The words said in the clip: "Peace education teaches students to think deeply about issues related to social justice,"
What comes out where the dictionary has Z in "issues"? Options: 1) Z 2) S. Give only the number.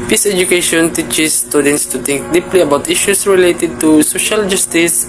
2